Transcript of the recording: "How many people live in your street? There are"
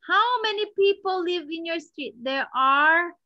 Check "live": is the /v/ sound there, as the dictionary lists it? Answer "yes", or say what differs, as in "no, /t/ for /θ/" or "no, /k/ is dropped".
yes